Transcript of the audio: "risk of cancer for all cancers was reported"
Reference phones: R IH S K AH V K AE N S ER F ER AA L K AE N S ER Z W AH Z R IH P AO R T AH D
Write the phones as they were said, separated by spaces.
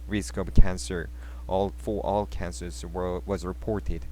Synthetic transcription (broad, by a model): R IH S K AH B K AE N S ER F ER AA L K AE N S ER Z W AH Z R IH P AO R T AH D